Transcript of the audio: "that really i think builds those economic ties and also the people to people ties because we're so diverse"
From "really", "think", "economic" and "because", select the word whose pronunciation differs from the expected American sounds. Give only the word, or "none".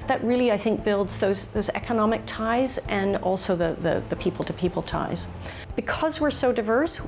none